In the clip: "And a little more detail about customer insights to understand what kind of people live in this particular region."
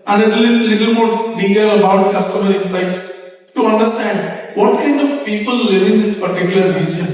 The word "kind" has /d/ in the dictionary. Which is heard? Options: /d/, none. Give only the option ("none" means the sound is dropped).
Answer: /d/